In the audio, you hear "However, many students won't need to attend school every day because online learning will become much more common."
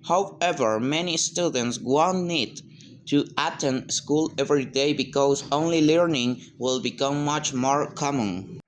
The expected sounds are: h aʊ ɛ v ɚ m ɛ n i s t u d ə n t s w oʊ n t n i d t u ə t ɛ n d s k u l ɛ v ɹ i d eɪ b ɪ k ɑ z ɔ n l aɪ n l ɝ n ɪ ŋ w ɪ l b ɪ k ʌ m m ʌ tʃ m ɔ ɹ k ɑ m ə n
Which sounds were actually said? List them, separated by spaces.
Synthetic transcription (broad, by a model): h aʊ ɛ v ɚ m ɛ n i s t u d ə n t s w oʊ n n i d t u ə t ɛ n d s k u l ɛ v ɹ i d eɪ b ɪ k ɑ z ɔ n l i l ɝ n ɪ ŋ w ɪ l b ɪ k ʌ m m ʌ tʃ m ɔ ɹ k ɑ m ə n